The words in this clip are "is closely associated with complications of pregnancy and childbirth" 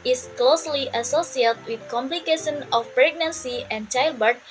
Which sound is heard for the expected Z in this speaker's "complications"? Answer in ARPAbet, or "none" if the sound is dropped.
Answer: none